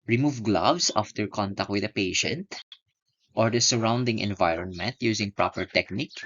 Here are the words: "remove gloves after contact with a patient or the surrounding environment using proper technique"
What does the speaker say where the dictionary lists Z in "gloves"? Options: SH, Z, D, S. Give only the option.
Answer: S